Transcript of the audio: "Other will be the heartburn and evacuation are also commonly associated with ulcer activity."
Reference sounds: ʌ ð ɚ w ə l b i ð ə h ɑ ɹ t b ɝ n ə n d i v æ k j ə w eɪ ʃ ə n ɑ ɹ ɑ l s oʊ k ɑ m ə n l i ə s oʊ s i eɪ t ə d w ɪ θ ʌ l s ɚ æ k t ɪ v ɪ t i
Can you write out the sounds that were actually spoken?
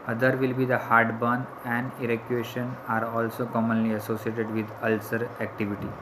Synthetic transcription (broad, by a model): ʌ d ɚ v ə l b i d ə h ɑ ɹ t b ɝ n ə n d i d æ k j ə eɪ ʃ ə n ɑ ɹ ɑ l s oʊ k ɑ m ə n l i ə s oʊ s i eɪ t ə d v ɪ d ʌ l s ɚ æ k t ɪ v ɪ t i